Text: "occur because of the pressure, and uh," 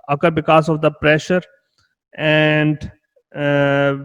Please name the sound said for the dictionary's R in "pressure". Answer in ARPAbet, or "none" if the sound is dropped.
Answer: R